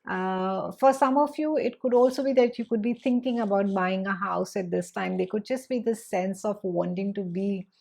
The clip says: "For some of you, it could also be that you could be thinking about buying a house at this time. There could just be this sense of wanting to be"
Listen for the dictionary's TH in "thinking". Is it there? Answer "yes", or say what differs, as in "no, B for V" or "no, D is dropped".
no, T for TH